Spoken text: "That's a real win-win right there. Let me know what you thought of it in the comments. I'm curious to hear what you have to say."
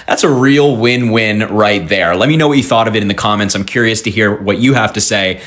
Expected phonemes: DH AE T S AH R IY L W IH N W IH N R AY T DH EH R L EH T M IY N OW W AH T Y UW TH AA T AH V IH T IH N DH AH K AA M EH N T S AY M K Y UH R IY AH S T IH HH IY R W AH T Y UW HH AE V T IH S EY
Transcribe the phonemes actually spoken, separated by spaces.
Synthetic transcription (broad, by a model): DH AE T S AH R IY L W IH N W IH N R AY T DH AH R L EH T M IY N OW W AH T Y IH TH AA T AH V IH T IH N DH AH K AA M EH N T S AY M K Y UH R IY AH S T IH HH IY R W AH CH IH HH AE F T IH S EY